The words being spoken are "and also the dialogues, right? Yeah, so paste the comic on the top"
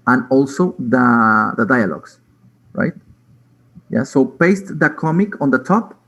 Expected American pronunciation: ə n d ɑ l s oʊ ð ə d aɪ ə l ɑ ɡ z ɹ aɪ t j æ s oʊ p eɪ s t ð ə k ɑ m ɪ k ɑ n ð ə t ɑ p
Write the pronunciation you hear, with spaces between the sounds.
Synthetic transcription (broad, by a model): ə n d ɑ l s oʊ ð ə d aɪ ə l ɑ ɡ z ɹ aɪ t j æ s oʊ b eɪ s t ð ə k ɑ m ɪ k ɑ n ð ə t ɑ p